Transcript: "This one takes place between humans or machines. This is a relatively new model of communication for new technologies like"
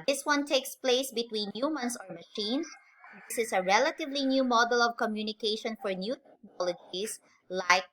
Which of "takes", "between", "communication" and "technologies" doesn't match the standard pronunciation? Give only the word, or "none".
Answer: technologies